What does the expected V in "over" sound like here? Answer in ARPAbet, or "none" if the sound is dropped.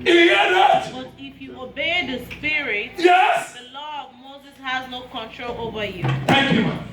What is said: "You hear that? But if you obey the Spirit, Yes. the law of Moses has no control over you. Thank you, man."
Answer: V